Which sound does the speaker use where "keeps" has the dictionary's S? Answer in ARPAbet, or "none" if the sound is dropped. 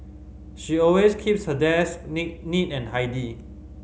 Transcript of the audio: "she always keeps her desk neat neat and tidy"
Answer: S